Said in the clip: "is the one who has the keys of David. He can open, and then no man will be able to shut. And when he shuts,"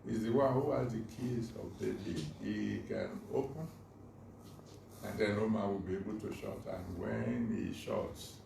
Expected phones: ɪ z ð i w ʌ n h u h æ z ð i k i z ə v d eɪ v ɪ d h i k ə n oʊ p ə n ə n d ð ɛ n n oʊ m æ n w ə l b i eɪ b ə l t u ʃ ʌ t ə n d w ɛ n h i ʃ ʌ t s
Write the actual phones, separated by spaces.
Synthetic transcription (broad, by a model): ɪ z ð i w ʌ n h u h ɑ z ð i k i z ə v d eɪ b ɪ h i k ə n oʊ p ə n ə n d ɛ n n oʊ m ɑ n w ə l b i eɪ b ə l t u ʃ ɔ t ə n w ɛ n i ʃ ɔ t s